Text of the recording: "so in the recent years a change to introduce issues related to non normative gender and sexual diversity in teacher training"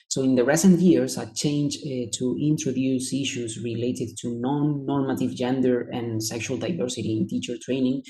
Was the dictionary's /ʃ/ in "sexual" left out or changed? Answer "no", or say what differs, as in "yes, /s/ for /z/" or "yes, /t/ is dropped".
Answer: no